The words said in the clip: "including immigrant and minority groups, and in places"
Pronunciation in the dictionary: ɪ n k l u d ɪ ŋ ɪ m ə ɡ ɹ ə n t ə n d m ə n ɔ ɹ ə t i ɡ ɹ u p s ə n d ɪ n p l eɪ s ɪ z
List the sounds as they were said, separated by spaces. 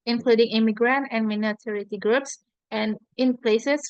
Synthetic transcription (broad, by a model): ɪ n k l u d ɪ ŋ ɪ m ə ɡ ɹ ə n t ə n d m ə n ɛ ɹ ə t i ɡ ɹ u p s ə n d ɪ n p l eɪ s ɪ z